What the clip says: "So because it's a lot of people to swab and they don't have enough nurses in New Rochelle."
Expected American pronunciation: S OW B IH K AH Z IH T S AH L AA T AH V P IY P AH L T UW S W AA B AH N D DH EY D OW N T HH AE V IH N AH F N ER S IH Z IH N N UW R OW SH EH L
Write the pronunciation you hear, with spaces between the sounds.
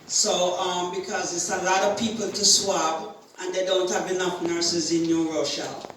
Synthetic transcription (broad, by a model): S OW B IH K AH Z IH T S AH L AA T AH V P IY P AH L T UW S W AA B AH N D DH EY D OW N T HH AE V IH N AH F N ER S IH Z IH N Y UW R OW SH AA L